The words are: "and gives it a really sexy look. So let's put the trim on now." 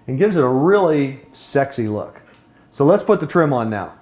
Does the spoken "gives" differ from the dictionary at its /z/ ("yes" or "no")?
no